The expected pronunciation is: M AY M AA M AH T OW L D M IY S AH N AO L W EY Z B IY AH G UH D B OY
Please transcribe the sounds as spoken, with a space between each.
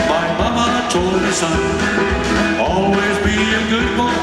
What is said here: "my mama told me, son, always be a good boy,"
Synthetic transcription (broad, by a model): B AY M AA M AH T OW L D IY S AH N AO L W EY Z B IY AH G UH D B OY